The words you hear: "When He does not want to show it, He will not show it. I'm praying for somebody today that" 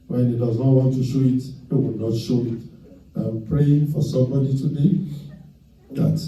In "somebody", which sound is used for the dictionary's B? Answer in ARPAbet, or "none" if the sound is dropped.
B